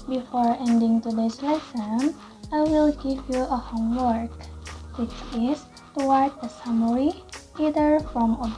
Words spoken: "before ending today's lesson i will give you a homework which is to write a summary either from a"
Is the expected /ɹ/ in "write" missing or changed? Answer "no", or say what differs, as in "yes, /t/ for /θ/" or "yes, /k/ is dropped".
yes, /w/ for /ɹ/